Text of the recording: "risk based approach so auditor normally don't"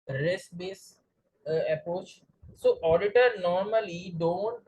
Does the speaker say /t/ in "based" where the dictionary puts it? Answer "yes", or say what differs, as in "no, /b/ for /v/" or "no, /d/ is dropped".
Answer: no, /t/ is dropped